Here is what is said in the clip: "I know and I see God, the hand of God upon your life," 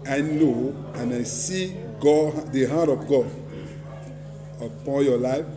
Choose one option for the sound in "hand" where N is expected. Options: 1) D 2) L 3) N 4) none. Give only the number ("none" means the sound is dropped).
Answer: 4